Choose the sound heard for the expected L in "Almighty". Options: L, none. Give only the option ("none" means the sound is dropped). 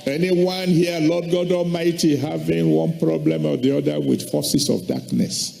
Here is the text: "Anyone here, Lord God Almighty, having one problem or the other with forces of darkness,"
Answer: none